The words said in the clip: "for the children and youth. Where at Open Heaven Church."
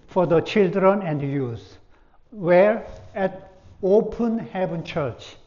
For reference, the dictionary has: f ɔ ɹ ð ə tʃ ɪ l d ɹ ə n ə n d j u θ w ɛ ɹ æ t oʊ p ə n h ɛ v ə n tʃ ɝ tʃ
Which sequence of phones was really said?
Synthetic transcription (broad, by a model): f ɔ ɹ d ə tʃ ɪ l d ɹ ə n ə n d j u s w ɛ ɹ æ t oʊ p ə n h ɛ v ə n tʃ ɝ tʃ